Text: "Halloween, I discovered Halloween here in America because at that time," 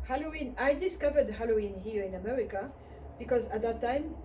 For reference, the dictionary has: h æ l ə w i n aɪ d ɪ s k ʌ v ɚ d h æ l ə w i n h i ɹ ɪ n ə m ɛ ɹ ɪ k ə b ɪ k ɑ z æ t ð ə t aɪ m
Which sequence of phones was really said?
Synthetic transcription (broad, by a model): h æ l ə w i n aɪ d ɪ s k ʌ v ɚ d h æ l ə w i n h i ɹ ɪ n ə m ɛ ɹ ɪ k ə b ɪ k ɑ z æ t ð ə t aɪ m